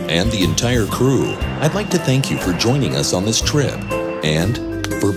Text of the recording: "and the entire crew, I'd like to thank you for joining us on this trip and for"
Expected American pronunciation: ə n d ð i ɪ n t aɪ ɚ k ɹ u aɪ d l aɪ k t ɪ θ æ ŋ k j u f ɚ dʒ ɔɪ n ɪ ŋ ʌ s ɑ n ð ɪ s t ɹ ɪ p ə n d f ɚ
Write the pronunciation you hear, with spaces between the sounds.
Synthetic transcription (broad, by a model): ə n ð i ɪ n t aɪ ɚ k ɹ u aɪ d l aɪ k t ɪ θ æ ŋ k j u f ɚ dʒ ɔɪ n ɪ ŋ ʌ s n ð ɪ s t ɹ ɪ p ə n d f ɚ